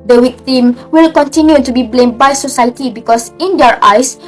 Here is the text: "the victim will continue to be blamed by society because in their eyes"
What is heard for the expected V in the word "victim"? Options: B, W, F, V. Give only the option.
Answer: W